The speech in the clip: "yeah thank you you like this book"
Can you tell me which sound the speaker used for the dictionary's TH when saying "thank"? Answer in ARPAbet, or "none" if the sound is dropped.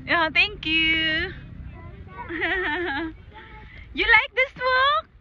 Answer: T